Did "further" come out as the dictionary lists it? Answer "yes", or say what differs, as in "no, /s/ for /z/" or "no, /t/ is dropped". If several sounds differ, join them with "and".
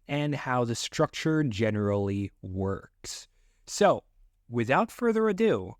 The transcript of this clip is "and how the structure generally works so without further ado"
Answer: yes